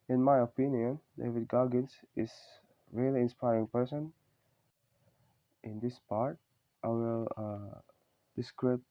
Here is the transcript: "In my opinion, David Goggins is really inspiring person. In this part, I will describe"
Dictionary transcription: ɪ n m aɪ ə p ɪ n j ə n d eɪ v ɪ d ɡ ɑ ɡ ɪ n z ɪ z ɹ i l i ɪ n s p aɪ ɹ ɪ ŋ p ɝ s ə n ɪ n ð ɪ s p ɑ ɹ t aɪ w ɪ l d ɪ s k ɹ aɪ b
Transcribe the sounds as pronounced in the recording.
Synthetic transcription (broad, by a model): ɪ n m aɪ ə p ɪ n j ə n d eɪ v ɪ d ɡ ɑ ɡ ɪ n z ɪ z ɹ i l i ɪ n s p aɪ ɹ ɪ ŋ p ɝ s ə n ɪ n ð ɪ s p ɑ ɹ t aɪ w ɪ l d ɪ s k ɹ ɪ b